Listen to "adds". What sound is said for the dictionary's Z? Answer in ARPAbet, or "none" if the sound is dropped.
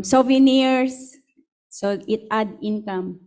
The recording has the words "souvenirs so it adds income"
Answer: none